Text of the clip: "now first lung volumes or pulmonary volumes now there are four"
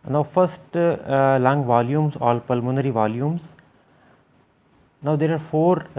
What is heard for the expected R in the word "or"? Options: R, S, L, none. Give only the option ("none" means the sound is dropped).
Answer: L